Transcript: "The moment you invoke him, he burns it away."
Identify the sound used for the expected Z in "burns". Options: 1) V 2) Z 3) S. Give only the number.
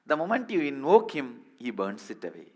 3